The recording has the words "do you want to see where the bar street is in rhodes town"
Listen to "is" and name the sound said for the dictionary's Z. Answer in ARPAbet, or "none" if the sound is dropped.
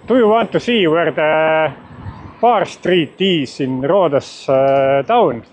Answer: S